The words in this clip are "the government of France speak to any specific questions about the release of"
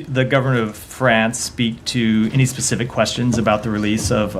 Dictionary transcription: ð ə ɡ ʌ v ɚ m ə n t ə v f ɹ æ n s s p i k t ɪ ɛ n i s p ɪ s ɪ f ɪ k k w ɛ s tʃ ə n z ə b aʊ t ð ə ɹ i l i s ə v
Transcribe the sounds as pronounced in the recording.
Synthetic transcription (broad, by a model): ð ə ɡ ʌ v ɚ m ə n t ə v f ɹ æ n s s p i k t ɪ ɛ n i s p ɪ s ɪ f ɪ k k w ɛ s tʃ ə n z ə b aʊ t ð ə ɹ i l i s ə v